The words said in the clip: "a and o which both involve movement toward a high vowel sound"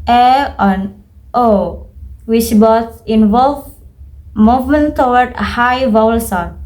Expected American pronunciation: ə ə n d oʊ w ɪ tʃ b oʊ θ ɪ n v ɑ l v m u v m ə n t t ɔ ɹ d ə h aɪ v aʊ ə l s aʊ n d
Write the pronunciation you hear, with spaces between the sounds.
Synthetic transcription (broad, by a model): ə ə n oʊ w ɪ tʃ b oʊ s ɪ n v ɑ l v m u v m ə n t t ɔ w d ə h aɪ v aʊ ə l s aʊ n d